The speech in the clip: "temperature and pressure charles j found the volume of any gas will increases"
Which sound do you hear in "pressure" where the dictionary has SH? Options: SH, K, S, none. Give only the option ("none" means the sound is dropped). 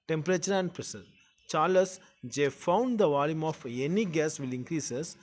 S